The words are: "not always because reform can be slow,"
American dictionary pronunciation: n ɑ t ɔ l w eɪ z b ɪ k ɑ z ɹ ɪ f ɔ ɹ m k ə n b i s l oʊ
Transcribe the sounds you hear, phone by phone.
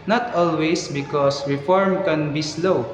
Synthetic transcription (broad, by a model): n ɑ t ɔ l w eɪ s b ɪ k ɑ s ɹ ɪ f ɔ ɹ m k ə n b i s l oʊ